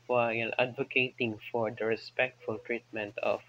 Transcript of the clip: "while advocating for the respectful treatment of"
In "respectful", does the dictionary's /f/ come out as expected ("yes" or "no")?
yes